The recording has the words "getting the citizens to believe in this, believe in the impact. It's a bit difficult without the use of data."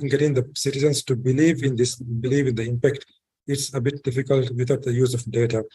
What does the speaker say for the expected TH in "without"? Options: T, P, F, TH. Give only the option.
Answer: T